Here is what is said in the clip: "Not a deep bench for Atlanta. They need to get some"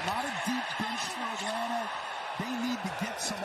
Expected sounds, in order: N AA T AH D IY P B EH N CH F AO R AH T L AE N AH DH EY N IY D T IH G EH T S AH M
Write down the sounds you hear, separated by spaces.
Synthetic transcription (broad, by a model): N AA T AH D IY P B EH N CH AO W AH T AH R DH EY N IY D T IH G EH T S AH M